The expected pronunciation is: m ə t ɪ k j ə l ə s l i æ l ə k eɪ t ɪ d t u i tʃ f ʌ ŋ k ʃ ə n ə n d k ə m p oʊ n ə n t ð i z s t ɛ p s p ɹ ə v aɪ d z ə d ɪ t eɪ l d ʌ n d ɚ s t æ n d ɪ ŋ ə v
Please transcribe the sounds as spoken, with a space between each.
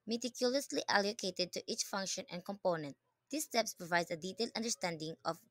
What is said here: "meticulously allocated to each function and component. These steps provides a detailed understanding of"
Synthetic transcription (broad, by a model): m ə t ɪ k j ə l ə s l i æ l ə k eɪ t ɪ d t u i tʃ f ʌ ŋ k ʃ ə n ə n k ə m p oʊ n ə n t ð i s t ɛ p s p ɹ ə v aɪ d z ə d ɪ t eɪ l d ʌ n d ɚ s t æ n d ɪ ŋ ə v